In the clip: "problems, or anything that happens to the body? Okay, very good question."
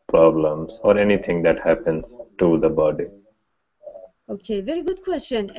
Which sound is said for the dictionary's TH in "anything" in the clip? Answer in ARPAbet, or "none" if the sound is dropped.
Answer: T